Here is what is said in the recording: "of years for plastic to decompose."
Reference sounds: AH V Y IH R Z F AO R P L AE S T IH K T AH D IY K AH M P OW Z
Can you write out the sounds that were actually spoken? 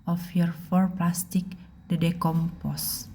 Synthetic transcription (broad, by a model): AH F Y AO R F AO R P L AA S T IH K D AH D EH K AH M P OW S